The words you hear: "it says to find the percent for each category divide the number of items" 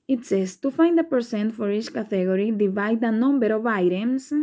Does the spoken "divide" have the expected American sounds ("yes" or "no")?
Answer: yes